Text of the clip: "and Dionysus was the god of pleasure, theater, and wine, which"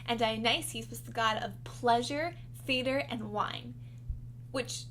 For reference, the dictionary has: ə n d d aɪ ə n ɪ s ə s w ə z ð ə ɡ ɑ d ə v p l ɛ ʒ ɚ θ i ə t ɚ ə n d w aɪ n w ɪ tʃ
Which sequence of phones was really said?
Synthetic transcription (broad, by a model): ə n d d aɪ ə n ɪ s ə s w ə z ð ə ɡ ɑ d ə v p l ɛ ʒ ɚ f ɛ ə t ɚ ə n w aɪ n w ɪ tʃ